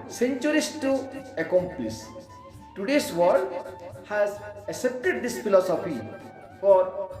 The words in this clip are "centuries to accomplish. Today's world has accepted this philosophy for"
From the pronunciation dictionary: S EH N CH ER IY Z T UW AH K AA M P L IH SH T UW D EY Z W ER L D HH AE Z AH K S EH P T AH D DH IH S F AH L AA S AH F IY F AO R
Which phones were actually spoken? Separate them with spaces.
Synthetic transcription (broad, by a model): S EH N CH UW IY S T UW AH K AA M P L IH S T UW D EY S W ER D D HH AE Z AH K S EH P T AH D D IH S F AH L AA S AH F IY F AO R